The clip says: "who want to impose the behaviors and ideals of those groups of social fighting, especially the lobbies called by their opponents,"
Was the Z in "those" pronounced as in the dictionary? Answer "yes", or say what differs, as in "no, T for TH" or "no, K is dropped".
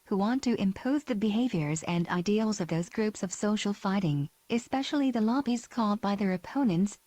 yes